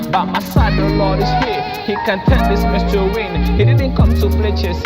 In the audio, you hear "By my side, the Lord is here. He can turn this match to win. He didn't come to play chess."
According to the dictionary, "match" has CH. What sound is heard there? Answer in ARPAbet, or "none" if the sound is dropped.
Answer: S